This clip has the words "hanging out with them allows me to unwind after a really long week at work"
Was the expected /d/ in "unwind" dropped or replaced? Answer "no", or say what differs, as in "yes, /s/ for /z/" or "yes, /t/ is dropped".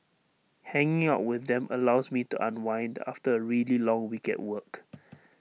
no